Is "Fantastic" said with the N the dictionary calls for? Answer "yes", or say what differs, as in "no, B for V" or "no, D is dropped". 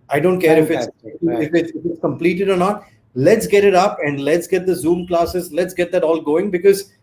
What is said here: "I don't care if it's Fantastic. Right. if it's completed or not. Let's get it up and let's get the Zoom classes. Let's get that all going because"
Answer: no, N is dropped